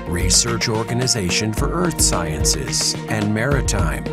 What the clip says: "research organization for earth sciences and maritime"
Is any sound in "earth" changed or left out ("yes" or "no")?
no